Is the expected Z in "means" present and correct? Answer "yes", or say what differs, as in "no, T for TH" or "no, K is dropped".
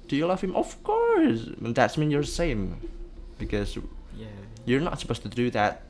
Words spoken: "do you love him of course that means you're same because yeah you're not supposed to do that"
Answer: no, Z is dropped